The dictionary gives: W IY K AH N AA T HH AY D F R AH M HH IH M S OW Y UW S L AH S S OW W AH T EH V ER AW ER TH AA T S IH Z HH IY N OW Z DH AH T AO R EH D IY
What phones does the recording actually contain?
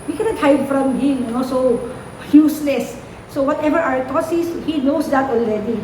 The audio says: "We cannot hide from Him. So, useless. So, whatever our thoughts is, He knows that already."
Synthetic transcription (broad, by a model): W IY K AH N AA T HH AY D F R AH M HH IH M S OW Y UW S L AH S S OW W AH T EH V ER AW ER T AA S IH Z HH IY N OW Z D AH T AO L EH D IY